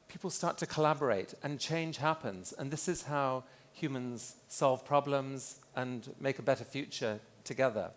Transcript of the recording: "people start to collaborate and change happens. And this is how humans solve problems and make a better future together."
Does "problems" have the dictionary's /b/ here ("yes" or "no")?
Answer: yes